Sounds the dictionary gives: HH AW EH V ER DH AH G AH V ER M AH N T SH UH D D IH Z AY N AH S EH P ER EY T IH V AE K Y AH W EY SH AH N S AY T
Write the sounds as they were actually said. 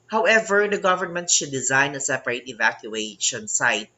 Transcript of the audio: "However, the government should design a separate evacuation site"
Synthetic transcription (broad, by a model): HH AW EH V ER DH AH G AH V ER M AH N T SH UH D D IH Z AY N AH S EH P ER EY T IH V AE K Y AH EY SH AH N S AY T